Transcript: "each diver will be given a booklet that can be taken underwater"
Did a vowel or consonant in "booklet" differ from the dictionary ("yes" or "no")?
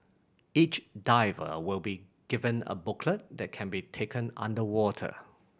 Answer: no